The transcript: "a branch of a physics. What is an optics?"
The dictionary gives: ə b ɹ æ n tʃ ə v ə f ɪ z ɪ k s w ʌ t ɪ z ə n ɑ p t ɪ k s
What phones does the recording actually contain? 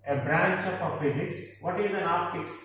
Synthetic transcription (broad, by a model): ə b ɹ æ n tʃ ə p ə f ɪ z ɪ k s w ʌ t ɪ z ə n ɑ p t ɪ k s